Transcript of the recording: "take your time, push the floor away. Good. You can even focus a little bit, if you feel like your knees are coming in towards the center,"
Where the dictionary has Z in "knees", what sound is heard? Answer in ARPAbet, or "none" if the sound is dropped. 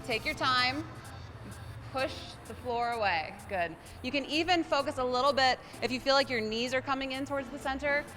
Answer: Z